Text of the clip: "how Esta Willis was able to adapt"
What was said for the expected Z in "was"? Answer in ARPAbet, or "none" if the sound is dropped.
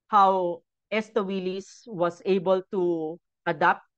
S